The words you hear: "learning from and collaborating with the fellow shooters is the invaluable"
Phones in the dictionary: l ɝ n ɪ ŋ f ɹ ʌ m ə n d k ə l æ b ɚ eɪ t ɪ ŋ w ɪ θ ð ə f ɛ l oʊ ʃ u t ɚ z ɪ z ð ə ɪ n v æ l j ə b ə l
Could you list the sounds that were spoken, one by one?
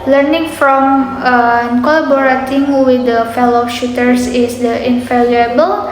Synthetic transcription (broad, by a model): l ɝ n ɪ ŋ f ɹ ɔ m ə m k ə l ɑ b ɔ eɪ t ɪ ŋ w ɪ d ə f ɛ l oʊ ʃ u t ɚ s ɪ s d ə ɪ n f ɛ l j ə b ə l